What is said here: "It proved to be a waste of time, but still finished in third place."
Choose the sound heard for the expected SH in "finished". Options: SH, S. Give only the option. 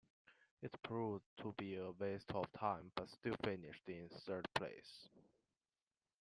SH